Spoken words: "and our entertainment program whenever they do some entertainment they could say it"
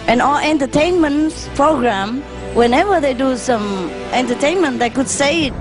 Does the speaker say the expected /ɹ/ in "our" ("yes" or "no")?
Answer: no